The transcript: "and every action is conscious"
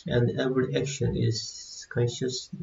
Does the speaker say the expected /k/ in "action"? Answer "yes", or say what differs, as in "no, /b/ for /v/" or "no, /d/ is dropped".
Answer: yes